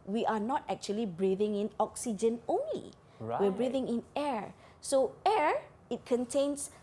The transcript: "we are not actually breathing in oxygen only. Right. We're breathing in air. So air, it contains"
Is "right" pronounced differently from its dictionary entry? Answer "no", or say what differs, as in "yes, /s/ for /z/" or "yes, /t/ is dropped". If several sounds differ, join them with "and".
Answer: yes, /w/ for /ɹ/